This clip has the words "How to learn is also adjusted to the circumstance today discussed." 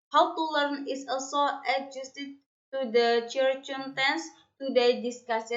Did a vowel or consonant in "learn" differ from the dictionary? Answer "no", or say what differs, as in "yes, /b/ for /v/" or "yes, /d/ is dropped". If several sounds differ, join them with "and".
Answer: no